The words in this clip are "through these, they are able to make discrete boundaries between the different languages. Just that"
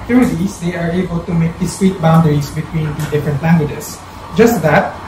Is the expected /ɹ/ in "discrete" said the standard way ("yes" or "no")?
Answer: no